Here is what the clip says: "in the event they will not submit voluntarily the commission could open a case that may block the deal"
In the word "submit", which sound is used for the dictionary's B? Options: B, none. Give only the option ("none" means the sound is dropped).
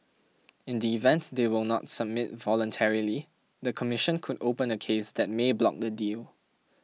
B